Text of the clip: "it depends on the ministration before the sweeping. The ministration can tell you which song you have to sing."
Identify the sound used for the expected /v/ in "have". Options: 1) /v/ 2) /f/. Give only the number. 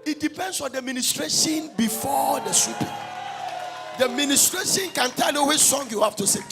2